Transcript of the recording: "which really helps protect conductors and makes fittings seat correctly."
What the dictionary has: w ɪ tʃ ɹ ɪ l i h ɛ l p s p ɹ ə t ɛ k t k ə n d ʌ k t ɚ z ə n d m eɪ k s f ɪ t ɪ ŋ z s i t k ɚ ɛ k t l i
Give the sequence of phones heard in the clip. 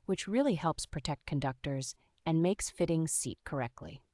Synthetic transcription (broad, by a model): w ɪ tʃ ɹ ɪ l i h ɛ l p s p ɹ ə t ɛ k t k ə n d ʌ k t ɚ z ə n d m eɪ k s f ɪ t ɪ ŋ s i t k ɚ ɛ k t l i